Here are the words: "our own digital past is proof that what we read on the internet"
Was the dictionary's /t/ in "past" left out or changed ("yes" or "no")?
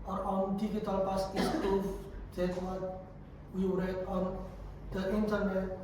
yes